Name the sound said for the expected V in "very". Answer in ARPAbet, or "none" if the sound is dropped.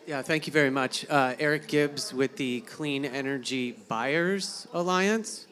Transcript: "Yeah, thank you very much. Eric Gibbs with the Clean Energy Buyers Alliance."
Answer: V